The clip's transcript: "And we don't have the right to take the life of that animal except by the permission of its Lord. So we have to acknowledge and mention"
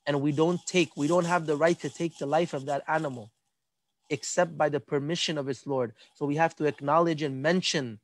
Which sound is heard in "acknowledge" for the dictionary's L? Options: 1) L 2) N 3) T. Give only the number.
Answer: 1